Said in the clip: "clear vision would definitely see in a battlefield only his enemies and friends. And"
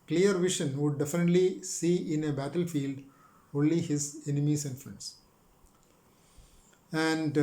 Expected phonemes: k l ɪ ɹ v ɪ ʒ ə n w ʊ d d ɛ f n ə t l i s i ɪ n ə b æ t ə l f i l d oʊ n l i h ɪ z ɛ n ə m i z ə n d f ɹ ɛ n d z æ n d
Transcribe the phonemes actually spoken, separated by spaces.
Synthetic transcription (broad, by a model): k l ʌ ɹ v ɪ ʃ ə n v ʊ d d ɛ f n ə t l i s i ɪ n ə b æ t ə l f i l d oʊ n l i h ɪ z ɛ n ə m i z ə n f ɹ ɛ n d s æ n d